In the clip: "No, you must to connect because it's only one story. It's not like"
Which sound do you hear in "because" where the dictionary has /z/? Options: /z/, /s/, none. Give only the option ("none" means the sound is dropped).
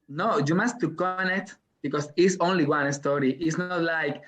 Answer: /s/